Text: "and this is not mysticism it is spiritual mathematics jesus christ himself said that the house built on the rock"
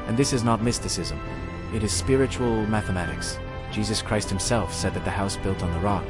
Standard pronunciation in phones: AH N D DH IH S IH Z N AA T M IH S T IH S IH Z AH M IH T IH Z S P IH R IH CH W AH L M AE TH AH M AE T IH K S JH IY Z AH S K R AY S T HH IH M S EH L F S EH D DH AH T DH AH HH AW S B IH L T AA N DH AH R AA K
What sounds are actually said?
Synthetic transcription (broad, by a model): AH N DH IH S IH Z N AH T M IH S T IH S IH Z AH M IH T IH Z S P IH R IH CH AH L M AE TH AH M AE T IH K S JH IY Z AH S K R AY S T HH IH M S EH L F S EH D DH AH T DH AH HH AW S B IH L T N DH AH R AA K